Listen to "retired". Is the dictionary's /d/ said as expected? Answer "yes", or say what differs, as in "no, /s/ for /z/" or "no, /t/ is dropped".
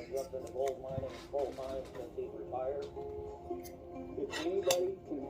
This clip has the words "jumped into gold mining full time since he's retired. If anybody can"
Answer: no, /d/ is dropped